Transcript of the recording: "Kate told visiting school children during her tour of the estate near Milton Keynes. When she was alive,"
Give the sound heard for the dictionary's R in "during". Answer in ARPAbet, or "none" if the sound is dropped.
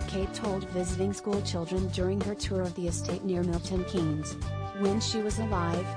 R